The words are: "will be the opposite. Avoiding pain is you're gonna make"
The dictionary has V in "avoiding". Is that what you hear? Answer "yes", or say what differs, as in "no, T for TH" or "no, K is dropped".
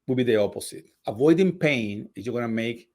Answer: yes